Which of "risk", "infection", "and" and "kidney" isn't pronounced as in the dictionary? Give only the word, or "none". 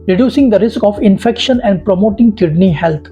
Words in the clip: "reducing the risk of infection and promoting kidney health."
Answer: none